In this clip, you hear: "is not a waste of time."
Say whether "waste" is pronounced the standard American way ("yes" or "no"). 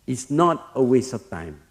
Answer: no